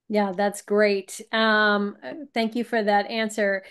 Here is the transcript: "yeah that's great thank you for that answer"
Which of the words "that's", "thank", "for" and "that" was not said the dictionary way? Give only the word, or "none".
none